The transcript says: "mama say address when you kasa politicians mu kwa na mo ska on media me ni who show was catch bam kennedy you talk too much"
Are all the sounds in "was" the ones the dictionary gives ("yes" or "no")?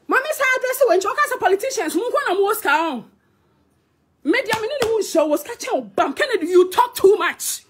no